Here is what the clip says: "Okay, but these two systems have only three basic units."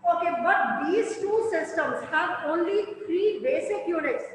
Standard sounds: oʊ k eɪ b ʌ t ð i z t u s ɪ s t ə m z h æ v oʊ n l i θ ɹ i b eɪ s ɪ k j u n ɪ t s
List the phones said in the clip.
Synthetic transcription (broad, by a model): oʊ k eɪ b ʌ t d i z t u s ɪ s t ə m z h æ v oʊ n l i t ɹ i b eɪ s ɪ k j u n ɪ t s